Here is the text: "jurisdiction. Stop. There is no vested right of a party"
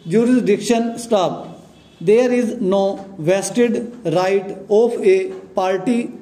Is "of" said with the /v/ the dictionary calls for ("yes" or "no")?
no